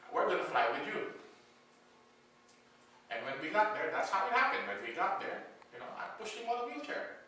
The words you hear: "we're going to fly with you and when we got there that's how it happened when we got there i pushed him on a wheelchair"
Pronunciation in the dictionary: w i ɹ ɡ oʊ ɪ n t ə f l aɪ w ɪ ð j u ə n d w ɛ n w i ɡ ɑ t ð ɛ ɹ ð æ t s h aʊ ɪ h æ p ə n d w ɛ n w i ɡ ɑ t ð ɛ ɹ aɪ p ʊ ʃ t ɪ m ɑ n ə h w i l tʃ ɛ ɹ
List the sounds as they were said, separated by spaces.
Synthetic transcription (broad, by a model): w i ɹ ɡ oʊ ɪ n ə f l aɪ w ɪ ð j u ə n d w ɛ n w i ɡ ɑ t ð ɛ ɹ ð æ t s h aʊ ɪ h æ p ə n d w ɛ n w i ɡ ɑ t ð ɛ ɹ aɪ p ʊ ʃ ɪ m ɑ l ə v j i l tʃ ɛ ɹ